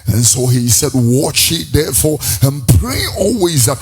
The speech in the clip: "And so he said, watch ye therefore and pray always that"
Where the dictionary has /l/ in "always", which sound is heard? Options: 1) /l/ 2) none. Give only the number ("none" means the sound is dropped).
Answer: 1